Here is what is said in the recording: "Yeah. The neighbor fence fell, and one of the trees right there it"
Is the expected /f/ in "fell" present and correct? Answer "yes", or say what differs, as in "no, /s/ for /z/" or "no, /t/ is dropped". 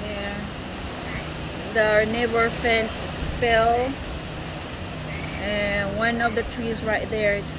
no, /p/ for /f/